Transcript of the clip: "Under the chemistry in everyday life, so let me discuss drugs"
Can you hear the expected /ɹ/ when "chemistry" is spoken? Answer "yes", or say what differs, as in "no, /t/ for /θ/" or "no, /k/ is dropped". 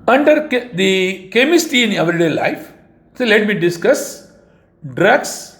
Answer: no, /ɹ/ is dropped